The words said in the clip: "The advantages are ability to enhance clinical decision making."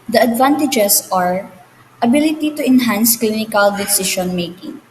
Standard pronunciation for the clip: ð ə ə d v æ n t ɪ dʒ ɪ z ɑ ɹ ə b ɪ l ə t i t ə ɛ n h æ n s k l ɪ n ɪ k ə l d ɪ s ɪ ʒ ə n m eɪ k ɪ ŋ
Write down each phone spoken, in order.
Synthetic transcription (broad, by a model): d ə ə d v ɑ n t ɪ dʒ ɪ s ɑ ɹ ə b ɪ l ə t i t ə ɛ n h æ n s k l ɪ n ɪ k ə l d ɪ s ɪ ʃ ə n m eɪ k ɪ ŋ